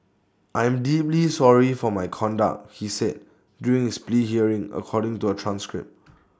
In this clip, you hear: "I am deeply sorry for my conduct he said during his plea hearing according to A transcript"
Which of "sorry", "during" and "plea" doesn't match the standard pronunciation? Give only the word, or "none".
during